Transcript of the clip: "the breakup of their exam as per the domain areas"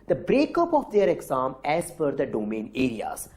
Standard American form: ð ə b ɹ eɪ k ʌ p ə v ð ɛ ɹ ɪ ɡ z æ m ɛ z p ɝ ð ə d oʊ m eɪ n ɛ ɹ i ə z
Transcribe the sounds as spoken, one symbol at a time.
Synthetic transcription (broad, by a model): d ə b ɹ eɪ k ʌ p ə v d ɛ ɹ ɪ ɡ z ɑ m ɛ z f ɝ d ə d oʊ m eɪ n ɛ ɹ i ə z